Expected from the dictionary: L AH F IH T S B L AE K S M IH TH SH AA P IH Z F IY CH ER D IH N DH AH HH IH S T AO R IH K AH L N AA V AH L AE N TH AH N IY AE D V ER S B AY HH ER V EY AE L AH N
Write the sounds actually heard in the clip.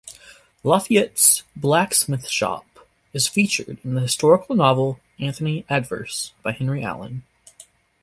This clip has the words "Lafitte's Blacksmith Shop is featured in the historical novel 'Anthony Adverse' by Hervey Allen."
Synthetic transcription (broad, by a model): L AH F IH T S B L AE K S M IH TH SH AA P IH Z F IY CH ER D IH N DH AH HH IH S T AO R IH K L N AA V L AE N TH AH N IY AE D V ER S B AY HH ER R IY AE L AH N